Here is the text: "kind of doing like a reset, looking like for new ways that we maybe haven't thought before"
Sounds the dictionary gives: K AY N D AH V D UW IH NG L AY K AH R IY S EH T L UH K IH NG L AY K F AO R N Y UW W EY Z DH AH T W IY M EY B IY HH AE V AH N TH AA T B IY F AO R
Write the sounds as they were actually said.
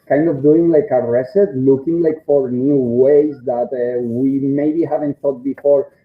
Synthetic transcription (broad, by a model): K AY N D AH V D UW IH NG L AY K AH R IY S EH T L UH K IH NG L AY K F AO R N Y UW W EY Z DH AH T W IY M EY B IY HH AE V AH N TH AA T B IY F AO R